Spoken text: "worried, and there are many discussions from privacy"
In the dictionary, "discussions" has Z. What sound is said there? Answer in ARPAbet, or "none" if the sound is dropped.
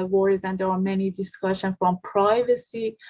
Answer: none